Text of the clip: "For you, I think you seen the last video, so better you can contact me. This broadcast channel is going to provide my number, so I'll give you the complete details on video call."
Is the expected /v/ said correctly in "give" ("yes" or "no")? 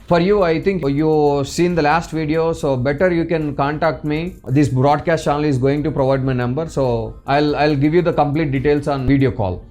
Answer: yes